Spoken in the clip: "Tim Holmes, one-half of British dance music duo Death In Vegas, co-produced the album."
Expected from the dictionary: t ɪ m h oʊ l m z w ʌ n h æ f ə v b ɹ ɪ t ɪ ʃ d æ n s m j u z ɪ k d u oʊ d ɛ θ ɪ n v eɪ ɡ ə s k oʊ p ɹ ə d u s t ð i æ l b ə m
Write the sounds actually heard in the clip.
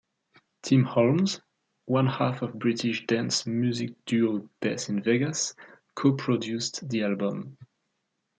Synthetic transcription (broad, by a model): t ɪ m h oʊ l m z w ʌ n h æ f ə v b ɹ ɪ t ɪ ʃ d æ n s m j u z ɪ k d u oʊ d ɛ s ɪ n v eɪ ɡ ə s k oʊ p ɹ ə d u s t ð i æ l b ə m